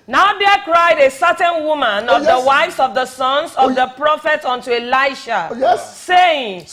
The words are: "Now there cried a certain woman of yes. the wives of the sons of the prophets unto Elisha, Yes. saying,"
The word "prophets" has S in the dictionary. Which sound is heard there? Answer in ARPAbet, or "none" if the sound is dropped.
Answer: none